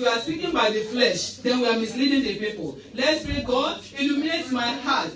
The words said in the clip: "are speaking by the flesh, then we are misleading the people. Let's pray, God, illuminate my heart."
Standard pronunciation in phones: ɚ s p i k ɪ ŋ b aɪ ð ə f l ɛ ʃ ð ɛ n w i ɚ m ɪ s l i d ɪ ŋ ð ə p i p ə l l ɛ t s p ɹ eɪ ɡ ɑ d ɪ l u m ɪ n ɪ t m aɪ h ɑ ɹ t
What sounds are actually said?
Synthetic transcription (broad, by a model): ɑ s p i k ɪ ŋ b aɪ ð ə f l ɛ ʃ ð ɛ n w i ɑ m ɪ s l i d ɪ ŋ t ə p i p ə l l ɛ t s p ɹ eɪ ɡ ɑ d ɪ l u m ɪ n ɪ t m aɪ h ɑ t